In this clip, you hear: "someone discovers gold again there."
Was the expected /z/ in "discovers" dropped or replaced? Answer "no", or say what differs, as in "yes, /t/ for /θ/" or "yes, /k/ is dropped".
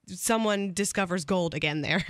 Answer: no